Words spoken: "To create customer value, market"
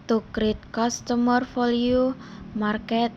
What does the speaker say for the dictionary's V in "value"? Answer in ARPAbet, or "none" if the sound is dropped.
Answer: F